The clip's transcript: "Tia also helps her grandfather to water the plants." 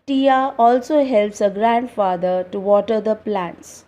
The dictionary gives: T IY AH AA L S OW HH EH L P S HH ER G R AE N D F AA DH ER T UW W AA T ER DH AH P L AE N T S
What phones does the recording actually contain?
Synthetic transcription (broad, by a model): T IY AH AA L S OW HH EH L P S HH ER G R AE N D F AA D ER T UW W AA T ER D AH P L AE N T S